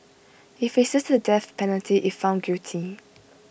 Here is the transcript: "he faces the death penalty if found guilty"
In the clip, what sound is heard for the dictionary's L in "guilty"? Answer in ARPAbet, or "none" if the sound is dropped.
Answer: none